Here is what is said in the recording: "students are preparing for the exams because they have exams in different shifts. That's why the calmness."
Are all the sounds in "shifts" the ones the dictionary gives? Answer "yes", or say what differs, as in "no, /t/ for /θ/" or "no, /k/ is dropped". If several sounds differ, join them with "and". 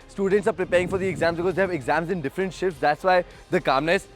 yes